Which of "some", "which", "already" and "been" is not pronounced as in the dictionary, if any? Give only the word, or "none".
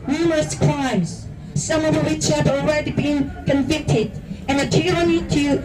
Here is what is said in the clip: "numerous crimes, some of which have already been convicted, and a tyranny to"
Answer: none